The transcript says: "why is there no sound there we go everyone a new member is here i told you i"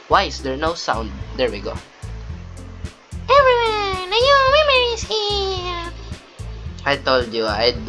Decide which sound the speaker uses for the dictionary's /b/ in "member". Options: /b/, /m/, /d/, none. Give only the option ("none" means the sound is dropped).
none